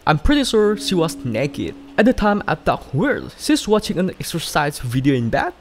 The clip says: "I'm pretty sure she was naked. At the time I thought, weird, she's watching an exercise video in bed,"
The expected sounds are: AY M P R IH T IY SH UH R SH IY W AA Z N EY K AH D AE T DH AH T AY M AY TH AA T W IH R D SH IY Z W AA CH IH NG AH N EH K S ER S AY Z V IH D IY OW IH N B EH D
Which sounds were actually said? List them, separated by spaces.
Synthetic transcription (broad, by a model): AY M P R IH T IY S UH R SH IY W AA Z N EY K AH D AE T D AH T AY M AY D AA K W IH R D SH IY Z W AA CH IH NG AH N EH K S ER S AY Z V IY D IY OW IH N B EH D